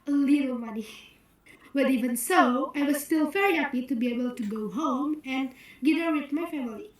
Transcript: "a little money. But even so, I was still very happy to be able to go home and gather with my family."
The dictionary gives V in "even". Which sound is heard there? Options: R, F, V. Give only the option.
V